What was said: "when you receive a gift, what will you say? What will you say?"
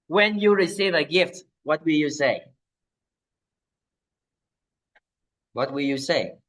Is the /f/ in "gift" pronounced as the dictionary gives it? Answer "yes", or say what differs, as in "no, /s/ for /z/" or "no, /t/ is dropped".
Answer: yes